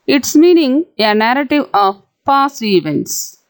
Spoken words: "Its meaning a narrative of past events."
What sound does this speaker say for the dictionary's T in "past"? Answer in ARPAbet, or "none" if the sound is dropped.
none